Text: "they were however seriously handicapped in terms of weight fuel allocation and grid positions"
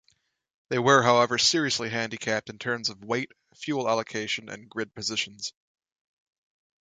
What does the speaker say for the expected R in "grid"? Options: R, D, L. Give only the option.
R